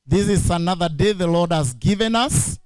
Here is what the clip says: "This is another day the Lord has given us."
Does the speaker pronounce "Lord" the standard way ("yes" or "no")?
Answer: yes